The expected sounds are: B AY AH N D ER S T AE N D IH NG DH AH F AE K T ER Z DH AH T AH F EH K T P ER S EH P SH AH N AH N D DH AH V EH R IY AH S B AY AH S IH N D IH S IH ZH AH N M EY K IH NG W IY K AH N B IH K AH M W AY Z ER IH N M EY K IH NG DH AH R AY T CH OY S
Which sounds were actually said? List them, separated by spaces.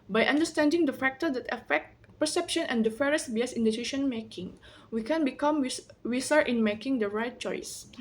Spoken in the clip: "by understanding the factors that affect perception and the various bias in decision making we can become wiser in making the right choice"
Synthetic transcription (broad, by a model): B AY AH N D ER S T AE N D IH NG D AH F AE K T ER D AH T AH F EH K T P ER S EH P SH AH N AH N D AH F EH R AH S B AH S IH N D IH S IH SH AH N M EY K IH NG W IY K AH N B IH K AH M W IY S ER IH N M EY K IH NG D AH R AY T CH OY S